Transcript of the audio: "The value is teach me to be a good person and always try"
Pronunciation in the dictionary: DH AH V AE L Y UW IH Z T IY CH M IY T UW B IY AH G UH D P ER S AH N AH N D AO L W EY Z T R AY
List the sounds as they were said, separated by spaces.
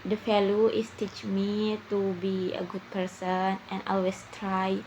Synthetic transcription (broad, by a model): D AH F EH L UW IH S T IY CH M IY T UW B IY AH G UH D P ER S AH N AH N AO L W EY S T R AY